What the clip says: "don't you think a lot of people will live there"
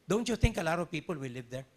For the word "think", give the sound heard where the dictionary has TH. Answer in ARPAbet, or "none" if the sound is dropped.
T